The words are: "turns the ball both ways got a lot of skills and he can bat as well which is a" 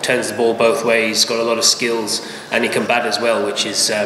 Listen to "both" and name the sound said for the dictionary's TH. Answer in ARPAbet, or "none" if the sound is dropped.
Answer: TH